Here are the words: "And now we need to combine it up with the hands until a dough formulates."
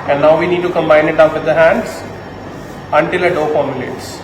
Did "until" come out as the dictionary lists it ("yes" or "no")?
yes